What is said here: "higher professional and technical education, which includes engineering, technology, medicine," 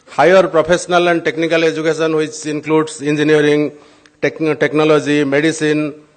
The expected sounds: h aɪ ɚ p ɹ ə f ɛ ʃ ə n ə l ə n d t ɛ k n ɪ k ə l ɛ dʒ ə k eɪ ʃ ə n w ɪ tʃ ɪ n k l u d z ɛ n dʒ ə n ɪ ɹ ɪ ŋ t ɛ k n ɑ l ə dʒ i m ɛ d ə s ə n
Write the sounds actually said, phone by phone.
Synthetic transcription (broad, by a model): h aɪ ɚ p ɹ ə p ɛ s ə n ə l ə n d t ɛ k n ɪ k ə l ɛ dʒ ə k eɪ s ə n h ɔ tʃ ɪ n k l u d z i n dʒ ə n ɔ ɹ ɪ ŋ t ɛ k n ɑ l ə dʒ i m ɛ d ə s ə n